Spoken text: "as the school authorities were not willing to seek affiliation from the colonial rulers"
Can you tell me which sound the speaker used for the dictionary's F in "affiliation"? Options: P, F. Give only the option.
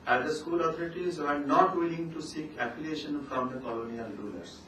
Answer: P